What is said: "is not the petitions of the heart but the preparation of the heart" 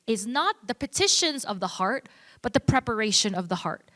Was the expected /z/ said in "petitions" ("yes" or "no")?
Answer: yes